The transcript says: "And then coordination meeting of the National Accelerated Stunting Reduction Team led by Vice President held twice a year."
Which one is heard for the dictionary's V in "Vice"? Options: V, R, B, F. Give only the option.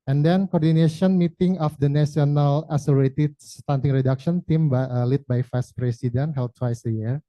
F